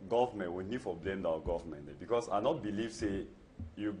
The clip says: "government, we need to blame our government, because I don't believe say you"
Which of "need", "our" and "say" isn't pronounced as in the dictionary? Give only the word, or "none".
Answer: our